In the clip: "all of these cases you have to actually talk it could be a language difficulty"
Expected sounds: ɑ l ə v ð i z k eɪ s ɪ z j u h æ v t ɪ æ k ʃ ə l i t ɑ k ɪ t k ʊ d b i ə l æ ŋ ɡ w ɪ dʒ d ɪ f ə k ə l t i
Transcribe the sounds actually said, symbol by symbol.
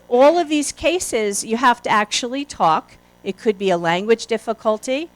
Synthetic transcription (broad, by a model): ɑ l ə v ð i z k eɪ s ɪ z j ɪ h æ f t ɪ æ k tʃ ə l i t ɑ k ɪ t k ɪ d b i ə l æ ŋ ɡ w ɪ dʒ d ɪ f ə k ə l t i